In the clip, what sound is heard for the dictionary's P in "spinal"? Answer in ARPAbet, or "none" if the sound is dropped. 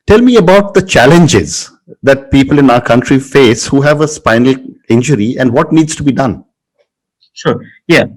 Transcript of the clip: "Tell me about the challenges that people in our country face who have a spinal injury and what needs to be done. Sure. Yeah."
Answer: P